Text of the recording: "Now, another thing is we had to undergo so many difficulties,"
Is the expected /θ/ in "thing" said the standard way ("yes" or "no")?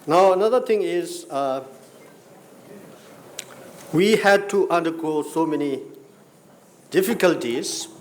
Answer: no